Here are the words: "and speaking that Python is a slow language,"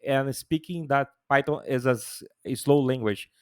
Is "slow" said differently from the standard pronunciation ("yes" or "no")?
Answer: no